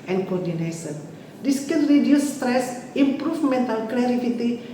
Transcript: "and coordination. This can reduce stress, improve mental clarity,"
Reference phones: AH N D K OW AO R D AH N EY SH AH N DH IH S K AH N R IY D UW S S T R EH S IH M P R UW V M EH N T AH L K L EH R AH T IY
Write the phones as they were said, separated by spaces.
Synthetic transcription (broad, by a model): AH N K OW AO R D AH N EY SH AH N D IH S K AH N R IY D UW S S T R EH S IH M P R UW F M EH N T AH L K L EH R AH T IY